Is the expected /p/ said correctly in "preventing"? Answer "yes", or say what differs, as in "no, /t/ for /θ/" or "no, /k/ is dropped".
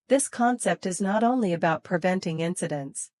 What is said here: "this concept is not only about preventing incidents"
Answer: yes